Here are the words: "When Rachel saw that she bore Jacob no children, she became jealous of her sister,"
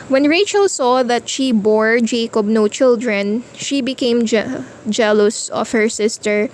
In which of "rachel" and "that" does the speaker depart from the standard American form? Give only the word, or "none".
none